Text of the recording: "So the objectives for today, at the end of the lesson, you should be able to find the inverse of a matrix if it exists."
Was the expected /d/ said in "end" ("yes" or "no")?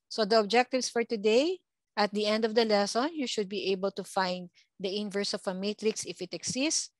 yes